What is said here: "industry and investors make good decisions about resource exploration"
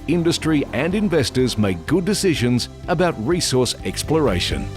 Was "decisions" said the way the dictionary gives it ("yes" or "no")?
yes